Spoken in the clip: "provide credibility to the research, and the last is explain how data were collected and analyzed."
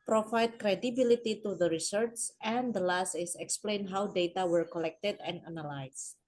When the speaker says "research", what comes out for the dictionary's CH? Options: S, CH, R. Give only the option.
S